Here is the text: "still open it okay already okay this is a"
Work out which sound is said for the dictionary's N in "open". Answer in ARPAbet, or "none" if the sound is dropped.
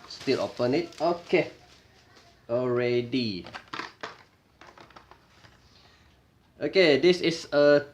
N